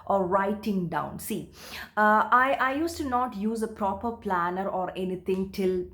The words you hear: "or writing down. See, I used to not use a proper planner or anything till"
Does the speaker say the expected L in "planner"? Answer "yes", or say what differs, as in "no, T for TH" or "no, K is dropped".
yes